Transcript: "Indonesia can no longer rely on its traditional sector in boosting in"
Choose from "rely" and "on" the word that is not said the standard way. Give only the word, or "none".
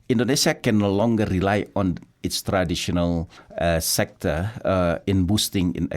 none